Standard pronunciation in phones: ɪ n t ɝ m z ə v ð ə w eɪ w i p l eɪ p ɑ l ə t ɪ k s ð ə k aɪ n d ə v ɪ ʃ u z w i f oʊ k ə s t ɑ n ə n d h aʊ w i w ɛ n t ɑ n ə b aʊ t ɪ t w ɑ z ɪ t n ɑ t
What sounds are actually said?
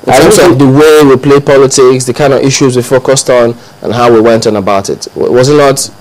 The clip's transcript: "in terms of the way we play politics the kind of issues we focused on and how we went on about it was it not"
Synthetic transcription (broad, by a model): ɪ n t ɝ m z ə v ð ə w eɪ w i p l eɪ p ɑ l ə t ɪ k s ð ə k aɪ n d ə v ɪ ʃ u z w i f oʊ k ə s t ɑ n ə n h aʊ w i w ɛ n t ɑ n ə b aʊ t ɪ t w ɑ z ɪ t n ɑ t